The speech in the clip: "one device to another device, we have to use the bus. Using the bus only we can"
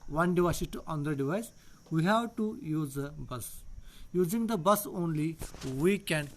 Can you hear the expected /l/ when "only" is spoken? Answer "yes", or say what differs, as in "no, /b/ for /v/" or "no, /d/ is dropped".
yes